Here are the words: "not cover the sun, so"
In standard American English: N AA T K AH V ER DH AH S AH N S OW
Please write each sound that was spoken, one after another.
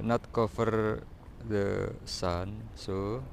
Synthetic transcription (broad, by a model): N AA T K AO F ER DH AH S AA N S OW